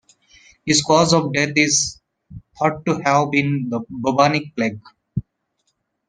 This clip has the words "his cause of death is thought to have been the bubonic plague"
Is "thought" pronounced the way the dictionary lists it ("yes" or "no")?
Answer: no